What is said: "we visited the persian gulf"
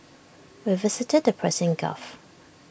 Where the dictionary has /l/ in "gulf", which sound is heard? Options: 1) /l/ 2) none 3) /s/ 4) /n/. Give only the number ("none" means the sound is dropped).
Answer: 2